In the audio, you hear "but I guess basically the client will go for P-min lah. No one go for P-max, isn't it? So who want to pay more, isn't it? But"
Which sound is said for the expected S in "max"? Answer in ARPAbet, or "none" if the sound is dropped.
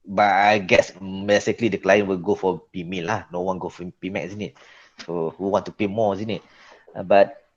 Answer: none